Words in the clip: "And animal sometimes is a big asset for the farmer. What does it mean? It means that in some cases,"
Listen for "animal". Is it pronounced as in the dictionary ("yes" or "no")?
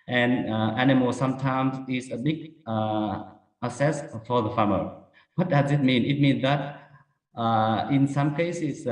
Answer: yes